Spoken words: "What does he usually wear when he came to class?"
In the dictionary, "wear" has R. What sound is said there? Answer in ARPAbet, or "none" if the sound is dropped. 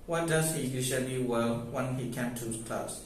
L